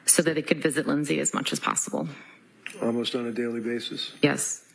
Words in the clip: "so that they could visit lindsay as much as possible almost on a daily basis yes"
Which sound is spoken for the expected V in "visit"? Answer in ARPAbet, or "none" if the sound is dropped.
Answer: V